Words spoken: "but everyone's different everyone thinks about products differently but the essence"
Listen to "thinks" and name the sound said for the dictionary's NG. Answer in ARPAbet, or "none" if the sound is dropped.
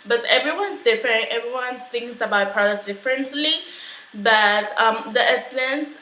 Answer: NG